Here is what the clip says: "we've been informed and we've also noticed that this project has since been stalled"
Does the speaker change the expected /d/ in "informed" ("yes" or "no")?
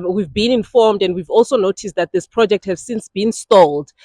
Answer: no